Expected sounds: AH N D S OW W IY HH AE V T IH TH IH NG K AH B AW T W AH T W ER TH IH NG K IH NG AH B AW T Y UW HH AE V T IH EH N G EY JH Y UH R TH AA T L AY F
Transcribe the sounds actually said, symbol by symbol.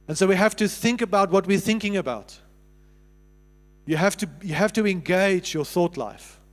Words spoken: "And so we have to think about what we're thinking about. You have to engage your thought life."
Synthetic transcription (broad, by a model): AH N S OW W IY HH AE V T IH TH IH NG K AH B AW T W AH T W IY TH IH NG K IH NG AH B AW T Y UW HH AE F T IH EH N G EY JH Y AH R TH AA T L AY F